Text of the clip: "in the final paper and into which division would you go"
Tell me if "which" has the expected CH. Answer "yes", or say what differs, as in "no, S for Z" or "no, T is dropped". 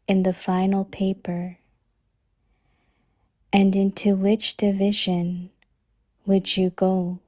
yes